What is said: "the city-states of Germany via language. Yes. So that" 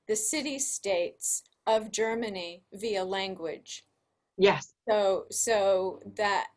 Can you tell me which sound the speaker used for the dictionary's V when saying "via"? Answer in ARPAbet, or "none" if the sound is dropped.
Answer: V